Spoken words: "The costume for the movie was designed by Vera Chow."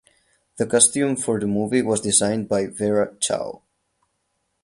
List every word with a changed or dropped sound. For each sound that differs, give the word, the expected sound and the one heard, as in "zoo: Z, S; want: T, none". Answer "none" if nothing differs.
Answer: none